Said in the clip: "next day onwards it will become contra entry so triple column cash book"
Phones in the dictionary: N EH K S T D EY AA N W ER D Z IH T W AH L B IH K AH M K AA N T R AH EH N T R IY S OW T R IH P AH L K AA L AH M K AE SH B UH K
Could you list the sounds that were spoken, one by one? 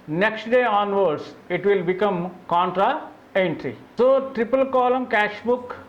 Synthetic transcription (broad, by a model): N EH K S T D EY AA N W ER D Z IH T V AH L B IH K AH M K AA N T R AH EH N T R IY S OW T R IH P AH L K AA L AH M K AE SH B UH K